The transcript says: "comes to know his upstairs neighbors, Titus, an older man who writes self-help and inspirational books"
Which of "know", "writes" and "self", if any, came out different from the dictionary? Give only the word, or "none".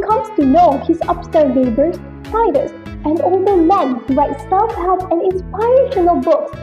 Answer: self